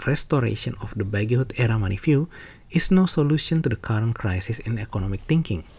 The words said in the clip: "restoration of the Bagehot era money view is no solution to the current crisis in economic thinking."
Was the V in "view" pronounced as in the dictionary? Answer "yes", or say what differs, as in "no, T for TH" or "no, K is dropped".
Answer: no, F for V